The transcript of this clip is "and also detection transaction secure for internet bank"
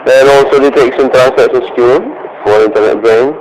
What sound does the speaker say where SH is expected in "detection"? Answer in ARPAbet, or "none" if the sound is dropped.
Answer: S